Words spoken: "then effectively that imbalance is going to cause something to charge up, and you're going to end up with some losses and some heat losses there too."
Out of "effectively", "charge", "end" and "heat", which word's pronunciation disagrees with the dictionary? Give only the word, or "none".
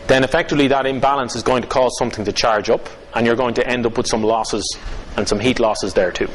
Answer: none